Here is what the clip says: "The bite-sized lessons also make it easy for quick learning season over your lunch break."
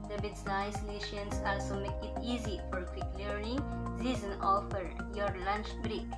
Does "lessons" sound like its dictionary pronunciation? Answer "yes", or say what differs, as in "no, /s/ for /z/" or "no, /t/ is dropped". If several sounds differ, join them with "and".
no, /ʃ/ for /s/